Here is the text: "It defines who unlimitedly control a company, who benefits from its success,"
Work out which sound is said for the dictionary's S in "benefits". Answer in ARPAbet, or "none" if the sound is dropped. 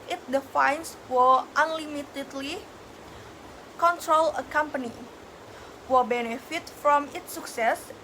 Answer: none